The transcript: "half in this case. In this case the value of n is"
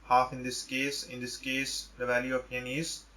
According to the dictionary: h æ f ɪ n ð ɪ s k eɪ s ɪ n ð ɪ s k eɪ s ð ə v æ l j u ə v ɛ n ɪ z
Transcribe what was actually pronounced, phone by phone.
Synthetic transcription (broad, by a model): h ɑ f ɪ n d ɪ s k eɪ s ɪ n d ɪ s k eɪ s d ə v æ l j u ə p ɛ n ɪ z